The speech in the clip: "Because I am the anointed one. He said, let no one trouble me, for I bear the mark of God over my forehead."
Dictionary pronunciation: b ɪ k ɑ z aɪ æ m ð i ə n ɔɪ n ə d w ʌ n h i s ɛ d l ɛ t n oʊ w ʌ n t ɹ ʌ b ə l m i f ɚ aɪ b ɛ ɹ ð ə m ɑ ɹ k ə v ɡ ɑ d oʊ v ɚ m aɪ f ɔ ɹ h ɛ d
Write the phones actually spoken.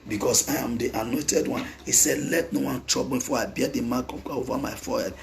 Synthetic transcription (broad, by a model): b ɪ k ɑ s aɪ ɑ m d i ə n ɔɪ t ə d w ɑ n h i s ɛ d l ɛ t n oʊ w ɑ n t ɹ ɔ b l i f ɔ aɪ b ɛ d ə m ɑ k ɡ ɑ oʊ v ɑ m aɪ f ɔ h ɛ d